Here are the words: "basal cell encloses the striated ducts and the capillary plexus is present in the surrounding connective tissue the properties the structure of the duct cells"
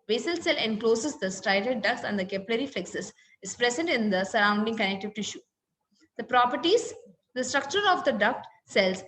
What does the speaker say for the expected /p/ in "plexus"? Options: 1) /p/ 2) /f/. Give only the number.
2